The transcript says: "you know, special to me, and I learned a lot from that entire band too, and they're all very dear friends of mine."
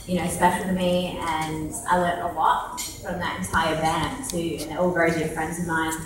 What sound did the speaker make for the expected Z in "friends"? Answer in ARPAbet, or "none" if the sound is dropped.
Z